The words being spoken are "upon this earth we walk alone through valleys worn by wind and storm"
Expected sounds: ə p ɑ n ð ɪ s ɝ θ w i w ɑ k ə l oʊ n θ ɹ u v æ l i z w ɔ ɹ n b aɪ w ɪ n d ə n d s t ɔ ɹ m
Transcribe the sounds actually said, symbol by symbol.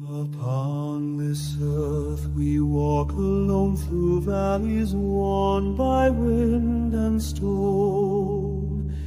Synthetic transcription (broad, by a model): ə p ɑ n ð ɪ s ɝ θ w i w ɑ k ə l oʊ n θ ɹ u v æ l i z w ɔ n b aɪ w ɪ n d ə n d s t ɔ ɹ